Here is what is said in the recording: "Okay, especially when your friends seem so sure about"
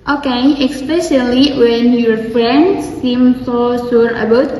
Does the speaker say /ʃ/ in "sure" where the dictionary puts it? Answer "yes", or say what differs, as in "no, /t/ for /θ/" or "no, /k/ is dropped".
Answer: no, /s/ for /ʃ/